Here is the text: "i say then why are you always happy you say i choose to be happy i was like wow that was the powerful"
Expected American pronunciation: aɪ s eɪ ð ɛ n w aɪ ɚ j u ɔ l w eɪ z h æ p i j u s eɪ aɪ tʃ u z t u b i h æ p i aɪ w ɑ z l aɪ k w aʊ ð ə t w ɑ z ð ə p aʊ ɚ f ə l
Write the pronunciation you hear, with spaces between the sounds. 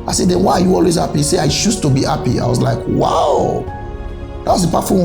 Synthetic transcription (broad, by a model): aɪ s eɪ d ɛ n w aɪ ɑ j u ɔ l w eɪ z h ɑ p i s eɪ aɪ ʃ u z t u b i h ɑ p i aɪ w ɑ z l aɪ k w aʊ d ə t w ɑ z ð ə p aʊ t f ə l